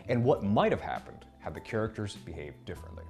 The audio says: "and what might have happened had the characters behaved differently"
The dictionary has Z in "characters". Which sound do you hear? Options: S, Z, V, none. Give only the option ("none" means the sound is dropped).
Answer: Z